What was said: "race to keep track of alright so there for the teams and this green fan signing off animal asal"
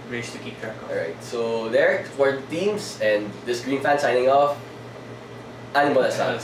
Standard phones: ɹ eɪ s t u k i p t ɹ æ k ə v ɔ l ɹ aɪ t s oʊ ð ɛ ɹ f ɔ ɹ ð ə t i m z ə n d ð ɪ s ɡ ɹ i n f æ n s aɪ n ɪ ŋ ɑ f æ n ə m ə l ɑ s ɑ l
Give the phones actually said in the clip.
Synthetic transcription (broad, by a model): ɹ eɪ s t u k i p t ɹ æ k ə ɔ ɹ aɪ t s oʊ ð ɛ ɹ f ɔ ɹ t i m s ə n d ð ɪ s ɡ ɹ i n f æ n s aɪ n ɪ ŋ ɑ f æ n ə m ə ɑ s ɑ